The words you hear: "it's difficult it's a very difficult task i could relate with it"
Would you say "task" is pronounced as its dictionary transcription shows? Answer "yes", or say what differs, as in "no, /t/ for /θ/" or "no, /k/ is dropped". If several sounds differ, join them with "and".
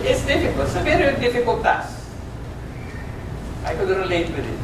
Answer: no, /k/ is dropped